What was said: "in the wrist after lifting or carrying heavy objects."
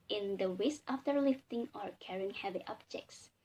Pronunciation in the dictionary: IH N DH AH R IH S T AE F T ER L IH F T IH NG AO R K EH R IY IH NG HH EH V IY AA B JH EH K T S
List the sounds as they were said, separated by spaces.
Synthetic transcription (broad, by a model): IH N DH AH W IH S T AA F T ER L IH F T IH NG AO R K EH R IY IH NG HH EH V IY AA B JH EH K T S